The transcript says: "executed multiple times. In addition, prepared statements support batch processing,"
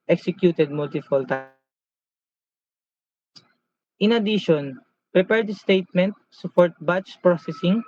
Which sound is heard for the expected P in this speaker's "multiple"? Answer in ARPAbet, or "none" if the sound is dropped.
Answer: F